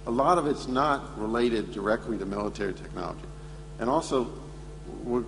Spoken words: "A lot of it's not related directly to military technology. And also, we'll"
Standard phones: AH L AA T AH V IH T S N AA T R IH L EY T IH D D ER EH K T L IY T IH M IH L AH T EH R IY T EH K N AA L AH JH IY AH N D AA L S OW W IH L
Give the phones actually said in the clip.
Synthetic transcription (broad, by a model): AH L AA T AH V IH T S N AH T R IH L EY T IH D D ER EH K T L IY T IH M IH L AH T EH R IY T EH K N AA L AH JH IY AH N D AA L S OW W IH